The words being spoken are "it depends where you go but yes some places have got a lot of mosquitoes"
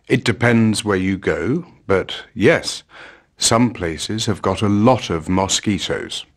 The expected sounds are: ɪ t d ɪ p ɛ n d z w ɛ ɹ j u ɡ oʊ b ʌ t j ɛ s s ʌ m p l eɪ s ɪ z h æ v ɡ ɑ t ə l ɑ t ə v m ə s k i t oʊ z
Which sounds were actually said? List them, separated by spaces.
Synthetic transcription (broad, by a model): ɪ t d ɪ p ɛ n d z w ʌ ɹ j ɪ ɡ oʊ b ʌ t j ɛ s s ʌ m p l eɪ s ɪ z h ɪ v ɡ ɑ t ə l ɑ t ə v m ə s k i t oʊ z